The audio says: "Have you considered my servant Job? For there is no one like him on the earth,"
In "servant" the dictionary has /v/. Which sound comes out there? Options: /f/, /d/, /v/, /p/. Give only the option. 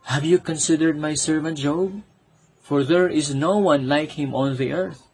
/v/